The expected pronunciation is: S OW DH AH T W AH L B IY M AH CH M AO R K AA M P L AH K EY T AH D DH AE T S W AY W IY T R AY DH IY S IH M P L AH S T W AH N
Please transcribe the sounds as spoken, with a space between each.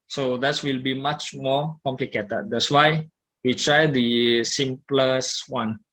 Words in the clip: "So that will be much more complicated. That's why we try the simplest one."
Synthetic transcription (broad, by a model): S OW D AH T W AH L B IY M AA CH M AO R K AA M P L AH K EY T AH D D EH T S W AY W IY T R AY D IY S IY M P L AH S W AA N